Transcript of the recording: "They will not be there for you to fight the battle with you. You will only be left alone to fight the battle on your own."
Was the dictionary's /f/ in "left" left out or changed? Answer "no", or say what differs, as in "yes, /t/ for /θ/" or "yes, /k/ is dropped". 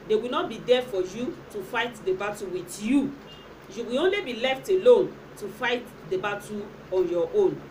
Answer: no